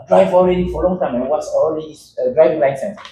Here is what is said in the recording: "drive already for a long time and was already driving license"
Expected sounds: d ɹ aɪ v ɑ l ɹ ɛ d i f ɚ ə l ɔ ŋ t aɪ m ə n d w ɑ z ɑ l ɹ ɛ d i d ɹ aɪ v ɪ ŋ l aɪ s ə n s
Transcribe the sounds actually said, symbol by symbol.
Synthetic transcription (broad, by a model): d ɹ aɪ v ɑ l ɹ ɛ d i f ə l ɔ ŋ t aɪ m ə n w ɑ s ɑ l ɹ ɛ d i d ɹ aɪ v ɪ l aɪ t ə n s